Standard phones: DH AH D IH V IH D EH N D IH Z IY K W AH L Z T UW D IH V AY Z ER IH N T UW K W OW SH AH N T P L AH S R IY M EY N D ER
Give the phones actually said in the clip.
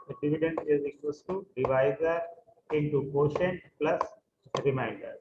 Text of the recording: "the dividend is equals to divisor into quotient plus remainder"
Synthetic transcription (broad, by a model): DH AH D IH V IH D EH N D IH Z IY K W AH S T UW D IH V AY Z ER IH N T UW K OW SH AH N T P L AH S R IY M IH N D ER